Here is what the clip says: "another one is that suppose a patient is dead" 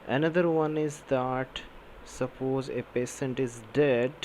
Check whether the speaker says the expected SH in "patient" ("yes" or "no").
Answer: no